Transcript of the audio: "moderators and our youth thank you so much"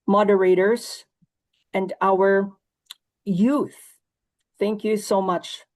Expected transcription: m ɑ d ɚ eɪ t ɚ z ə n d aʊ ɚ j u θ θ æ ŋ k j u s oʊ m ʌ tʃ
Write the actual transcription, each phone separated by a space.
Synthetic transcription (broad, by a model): m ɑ d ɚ eɪ t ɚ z ə n d aʊ ɚ j u θ θ æ ŋ k j u s oʊ m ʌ tʃ